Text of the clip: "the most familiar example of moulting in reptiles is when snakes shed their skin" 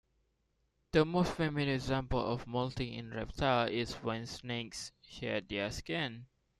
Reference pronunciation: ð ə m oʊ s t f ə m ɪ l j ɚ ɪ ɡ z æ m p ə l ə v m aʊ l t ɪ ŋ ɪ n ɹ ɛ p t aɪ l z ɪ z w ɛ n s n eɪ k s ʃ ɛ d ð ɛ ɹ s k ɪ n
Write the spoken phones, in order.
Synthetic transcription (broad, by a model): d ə m oʊ s t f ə m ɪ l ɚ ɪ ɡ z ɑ m p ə l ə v m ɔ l t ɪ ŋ ɪ n ɹ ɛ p t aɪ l ɪ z w ɛ n s n eɪ k s ʃ ɛ d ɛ s k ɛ n